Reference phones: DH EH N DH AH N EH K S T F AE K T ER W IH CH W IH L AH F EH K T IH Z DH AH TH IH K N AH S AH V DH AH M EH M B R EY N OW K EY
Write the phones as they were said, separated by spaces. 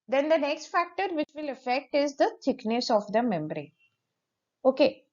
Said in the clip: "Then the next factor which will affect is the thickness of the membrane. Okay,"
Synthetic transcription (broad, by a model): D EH N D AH N EH K S T F AE K T ER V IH CH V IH L AH F EH K T IH Z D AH T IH K N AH S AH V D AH M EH M B R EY OW K EY